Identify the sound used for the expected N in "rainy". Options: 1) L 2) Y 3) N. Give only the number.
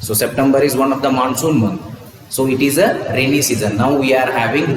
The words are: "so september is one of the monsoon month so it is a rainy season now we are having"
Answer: 1